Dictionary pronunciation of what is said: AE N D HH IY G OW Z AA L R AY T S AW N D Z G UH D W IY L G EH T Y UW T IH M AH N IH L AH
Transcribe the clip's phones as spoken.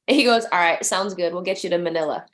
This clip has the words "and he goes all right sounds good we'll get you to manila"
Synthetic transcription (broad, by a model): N HH IY G OW Z AA L R AY T S AW N D Z G UH D W IY L G EH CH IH T IH M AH N IH L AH